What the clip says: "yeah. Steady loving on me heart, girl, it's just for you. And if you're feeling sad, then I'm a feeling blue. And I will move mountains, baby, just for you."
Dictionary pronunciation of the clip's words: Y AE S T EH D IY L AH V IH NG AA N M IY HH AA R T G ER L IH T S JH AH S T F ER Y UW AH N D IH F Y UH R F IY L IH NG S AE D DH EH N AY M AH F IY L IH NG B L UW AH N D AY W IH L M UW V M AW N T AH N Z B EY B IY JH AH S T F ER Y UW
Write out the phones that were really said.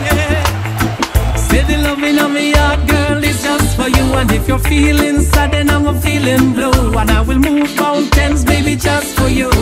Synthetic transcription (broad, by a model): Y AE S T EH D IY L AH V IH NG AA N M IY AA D G ER L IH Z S JH AH S T F ER Y UW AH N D IH F Y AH R F IY L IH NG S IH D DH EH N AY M AH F IY L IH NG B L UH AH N AY W IH L M UW V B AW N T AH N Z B EY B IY JH AH S T F ER Y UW